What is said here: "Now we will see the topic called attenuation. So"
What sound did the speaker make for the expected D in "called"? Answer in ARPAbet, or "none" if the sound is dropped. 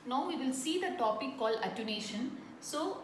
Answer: none